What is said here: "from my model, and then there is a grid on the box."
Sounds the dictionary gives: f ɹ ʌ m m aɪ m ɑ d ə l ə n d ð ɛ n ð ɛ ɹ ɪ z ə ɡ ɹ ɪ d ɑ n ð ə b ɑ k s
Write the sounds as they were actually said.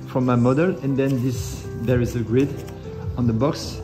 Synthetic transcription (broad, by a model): f ɹ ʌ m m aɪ m ɑ d ə l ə n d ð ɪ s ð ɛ ɹ ɪ z ə ɡ ɹ ɪ d ɑ n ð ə b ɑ k s